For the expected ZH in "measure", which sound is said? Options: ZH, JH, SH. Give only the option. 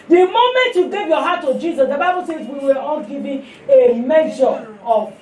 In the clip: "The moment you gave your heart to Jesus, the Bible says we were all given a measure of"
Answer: SH